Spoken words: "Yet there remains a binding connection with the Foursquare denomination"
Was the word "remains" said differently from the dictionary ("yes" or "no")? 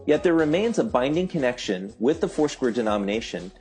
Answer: no